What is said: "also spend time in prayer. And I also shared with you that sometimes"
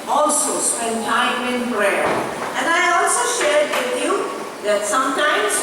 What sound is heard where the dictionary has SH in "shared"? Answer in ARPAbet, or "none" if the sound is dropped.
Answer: SH